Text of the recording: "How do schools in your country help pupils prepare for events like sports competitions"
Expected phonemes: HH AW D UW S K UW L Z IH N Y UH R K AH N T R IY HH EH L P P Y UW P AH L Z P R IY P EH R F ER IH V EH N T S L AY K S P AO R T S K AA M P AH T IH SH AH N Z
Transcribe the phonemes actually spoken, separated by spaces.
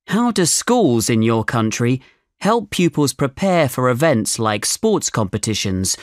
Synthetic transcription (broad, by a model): HH AW D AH S K UW L Z IH N Y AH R K AH N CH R IY HH EH L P P Y UW P AH L Z P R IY P EH F ER IH V EH N T S L AY K S P AO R T S K AA M P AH T IH SH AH N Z